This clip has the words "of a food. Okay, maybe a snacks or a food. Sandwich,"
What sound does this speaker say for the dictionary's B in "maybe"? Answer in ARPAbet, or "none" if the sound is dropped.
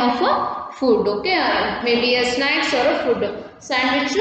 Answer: B